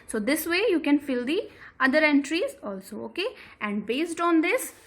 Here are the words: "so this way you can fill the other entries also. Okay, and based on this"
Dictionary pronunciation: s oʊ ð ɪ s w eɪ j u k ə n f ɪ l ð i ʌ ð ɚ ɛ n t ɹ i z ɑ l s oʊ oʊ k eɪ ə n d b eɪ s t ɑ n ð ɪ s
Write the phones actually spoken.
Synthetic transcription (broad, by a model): s oʊ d ɪ s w eɪ j u k ə n f ɪ l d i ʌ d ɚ ɛ n t ɹ i z ɑ l s oʊ oʊ k eɪ ə n d b eɪ s t ɑ n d ɪ s